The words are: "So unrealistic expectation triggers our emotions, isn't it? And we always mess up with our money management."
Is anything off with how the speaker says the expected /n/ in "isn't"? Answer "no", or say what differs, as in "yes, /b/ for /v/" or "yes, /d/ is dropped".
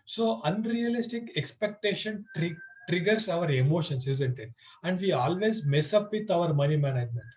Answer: no